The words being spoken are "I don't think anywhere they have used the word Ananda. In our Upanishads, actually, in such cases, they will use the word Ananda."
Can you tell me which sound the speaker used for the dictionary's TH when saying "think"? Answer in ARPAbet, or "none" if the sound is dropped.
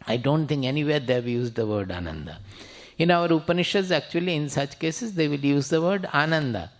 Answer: T